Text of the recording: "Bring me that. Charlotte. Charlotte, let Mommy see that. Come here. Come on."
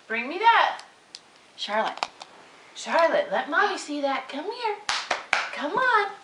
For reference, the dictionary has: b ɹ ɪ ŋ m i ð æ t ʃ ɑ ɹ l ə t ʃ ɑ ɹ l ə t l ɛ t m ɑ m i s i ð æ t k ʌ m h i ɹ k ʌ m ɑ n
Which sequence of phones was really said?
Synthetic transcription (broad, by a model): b ɹ ɪ ŋ m i ð æ t ʃ ɑ ɹ l ə t ʃ ɑ ɹ l ə t l ɛ t m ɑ i s i ð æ t k ʌ m h i ɹ k ʌ m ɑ n